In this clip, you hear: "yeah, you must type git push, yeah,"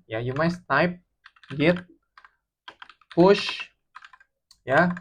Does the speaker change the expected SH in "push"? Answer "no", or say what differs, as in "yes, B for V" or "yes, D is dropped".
no